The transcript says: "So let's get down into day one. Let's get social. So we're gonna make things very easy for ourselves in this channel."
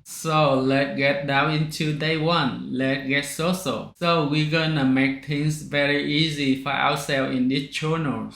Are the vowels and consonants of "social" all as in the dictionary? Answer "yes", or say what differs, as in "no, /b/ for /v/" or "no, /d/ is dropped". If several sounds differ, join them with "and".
no, /s/ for /ʃ/